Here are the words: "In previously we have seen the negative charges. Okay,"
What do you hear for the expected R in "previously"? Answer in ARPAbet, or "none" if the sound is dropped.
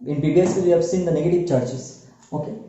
none